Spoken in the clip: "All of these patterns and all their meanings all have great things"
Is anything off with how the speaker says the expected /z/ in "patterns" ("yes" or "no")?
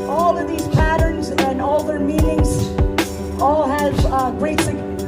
no